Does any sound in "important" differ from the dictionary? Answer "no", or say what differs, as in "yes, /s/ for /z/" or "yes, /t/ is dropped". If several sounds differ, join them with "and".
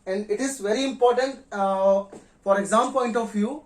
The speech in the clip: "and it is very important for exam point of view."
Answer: no